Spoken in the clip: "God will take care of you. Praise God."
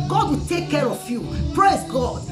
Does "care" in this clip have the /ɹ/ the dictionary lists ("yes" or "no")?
yes